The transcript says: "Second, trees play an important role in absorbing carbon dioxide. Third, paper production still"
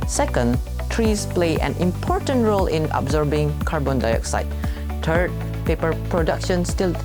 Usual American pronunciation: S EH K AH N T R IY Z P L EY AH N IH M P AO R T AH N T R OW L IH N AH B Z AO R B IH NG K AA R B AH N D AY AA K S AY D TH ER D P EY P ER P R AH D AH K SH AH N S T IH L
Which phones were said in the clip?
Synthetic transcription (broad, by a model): S EH K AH N T R IY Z P L EY AH N IH M P AO R T AH N T R OW L IH N AH B Z AO R B IH NG K AA R B AH N D AY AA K S AY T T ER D P EY P ER P R AH D AH K SH AH N S T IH L